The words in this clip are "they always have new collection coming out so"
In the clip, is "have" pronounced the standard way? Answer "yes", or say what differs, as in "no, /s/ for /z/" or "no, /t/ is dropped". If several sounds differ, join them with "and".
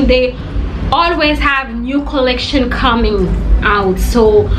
yes